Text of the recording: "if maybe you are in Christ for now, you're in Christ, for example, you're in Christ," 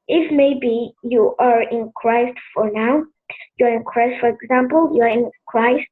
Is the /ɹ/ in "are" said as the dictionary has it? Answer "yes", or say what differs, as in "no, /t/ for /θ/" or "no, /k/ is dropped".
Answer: yes